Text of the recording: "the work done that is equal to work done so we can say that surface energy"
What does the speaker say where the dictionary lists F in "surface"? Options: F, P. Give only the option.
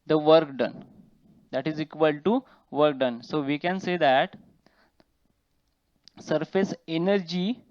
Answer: F